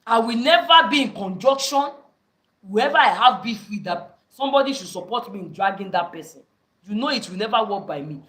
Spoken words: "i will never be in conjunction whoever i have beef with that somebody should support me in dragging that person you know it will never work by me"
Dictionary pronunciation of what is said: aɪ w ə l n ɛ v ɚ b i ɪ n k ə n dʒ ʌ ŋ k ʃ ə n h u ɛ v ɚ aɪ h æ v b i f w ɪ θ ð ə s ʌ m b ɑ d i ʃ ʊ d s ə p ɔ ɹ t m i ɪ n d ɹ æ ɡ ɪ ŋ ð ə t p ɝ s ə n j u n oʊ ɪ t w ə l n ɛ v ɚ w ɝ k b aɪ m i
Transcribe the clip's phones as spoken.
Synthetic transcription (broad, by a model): aɪ w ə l n ɛ v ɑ b i ɪ n k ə n dʒ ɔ k ʃ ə n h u ɛ v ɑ aɪ h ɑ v b i f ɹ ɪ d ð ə s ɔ m b ɑ d i ʃ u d s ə p ɔ t m i ɪ n d ɹ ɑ ɡ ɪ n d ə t p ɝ s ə n j u n oʊ ɪ t w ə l n ɛ v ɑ w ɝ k b aɪ m i